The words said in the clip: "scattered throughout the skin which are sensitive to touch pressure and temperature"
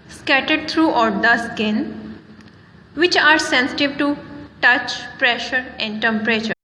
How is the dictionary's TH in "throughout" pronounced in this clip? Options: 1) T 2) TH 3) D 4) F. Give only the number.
1